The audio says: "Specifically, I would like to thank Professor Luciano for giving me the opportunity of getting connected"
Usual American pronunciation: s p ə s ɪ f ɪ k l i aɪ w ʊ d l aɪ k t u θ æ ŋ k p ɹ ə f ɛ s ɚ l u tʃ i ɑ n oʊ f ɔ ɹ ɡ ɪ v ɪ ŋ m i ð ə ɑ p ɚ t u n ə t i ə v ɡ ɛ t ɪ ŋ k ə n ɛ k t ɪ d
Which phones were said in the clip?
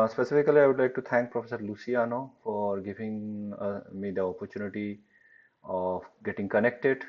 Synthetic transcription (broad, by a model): s p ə s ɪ f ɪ k l i aɪ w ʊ d l aɪ k t u t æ ŋ k p ɹ ə f ɛ s ɚ l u s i ɑ n oʊ f ɔ ɹ ɡ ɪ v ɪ ŋ m i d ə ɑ p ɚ t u n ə t i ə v ɡ ɛ t ɪ ŋ k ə n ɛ k t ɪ d